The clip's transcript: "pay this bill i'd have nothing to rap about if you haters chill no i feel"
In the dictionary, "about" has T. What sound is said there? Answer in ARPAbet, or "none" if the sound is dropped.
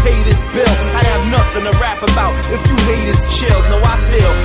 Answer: T